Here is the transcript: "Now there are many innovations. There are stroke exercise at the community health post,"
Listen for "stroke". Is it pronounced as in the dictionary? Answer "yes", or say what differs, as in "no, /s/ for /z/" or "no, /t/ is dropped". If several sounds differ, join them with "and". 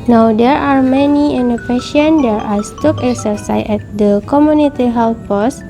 no, /ɹ/ is dropped